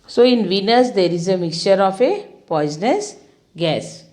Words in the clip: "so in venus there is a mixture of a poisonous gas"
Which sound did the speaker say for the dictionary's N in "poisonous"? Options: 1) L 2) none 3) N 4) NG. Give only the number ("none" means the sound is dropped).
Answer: 3